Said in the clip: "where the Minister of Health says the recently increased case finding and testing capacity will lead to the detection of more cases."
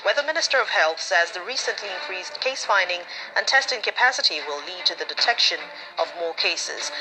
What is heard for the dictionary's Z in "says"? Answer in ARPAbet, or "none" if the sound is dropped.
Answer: Z